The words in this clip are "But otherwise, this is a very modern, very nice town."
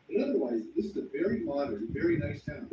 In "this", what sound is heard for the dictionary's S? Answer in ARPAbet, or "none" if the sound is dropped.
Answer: S